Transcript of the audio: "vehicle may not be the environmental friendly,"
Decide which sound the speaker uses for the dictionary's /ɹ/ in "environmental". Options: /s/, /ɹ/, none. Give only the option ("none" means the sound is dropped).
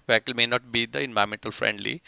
none